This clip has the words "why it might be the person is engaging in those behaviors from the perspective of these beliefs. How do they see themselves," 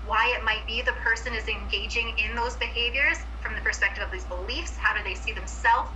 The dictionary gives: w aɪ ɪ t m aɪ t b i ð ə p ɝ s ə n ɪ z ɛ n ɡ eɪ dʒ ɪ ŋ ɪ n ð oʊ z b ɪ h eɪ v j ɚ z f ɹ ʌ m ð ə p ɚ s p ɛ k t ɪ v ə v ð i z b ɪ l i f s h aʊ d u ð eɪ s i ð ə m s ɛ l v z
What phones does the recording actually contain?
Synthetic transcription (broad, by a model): w aɪ ɪ t m aɪ t b i ð ə p ɝ s ə n ɪ z ɛ n ɡ eɪ dʒ ɪ ŋ ɪ n ð oʊ z b ɪ h eɪ v j ɚ z f ɹ ʌ m ð ə p ɚ s p ɛ k t ɪ v ə v ð i z b ɪ l i f s h aʊ d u ð eɪ s i ð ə m s ɛ l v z